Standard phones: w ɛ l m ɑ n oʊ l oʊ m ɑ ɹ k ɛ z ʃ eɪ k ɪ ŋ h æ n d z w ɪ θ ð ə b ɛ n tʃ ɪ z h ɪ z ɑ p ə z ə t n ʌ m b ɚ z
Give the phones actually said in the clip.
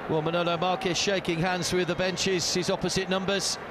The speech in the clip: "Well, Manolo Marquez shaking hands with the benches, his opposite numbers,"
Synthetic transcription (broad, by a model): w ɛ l m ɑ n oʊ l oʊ m ɑ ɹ k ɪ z ʃ eɪ k ɪ ŋ h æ n d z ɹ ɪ ð ə b ɛ n tʃ ɪ z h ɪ z ɑ p ə z ə t n ʌ m b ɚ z